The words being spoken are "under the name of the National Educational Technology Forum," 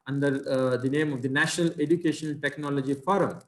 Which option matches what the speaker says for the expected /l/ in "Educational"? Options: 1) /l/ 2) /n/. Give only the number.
2